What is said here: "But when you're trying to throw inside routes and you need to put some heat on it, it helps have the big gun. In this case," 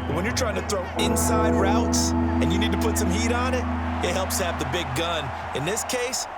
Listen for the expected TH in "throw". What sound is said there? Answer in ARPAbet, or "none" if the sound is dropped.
TH